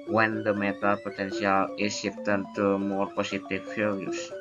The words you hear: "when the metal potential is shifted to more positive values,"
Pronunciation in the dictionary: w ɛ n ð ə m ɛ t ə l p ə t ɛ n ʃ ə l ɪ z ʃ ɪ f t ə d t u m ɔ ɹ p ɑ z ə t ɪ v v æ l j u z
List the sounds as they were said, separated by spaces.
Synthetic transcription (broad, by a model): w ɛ n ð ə m ɛ t ə l p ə t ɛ n s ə l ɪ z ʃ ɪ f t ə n t u m ɔ ɹ p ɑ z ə t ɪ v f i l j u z